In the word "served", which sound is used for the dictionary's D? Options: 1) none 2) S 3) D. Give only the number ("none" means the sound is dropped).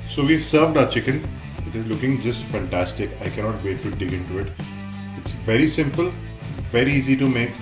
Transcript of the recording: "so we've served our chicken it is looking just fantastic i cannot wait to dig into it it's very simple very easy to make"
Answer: 3